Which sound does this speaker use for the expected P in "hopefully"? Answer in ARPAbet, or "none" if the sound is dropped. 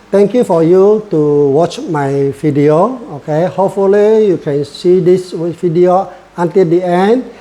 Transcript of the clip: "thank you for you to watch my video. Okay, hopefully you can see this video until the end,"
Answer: P